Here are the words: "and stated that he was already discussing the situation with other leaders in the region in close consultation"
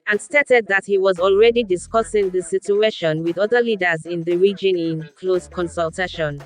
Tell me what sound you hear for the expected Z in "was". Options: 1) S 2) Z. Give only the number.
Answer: 2